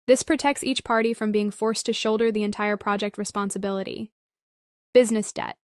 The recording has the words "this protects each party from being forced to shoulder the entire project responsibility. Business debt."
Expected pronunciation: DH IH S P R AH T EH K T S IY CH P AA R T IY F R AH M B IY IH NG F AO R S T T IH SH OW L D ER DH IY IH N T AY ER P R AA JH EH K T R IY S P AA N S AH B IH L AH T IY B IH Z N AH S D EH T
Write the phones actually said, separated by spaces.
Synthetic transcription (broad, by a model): DH IH S P R AH T EH K T S IY CH P AA R T IY F R AH M B IY IH NG F AO R S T T IH SH OW L D ER DH IY IH N T AY ER P R AA JH EH K T R IY S P AA N S AH B IH L AH T IY B IH Z N AH S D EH T